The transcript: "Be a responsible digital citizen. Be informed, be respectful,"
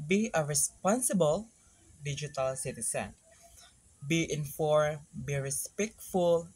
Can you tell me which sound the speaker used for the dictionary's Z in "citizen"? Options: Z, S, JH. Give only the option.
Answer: S